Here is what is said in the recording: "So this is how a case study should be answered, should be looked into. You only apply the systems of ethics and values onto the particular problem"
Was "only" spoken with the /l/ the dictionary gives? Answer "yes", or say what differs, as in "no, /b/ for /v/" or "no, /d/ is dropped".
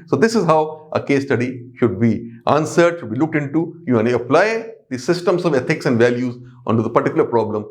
no, /l/ is dropped